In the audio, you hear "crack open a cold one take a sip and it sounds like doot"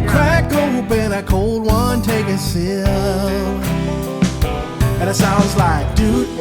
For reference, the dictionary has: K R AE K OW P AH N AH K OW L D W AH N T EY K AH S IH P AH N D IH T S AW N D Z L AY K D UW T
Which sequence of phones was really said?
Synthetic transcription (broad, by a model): K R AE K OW B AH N AH K OW L D W AH N T EY K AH S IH AH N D IH T S AW N D Z L AY K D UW